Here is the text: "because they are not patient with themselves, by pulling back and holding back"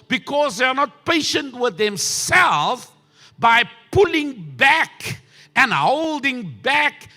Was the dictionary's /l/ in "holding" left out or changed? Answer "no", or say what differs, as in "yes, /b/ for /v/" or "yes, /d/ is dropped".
no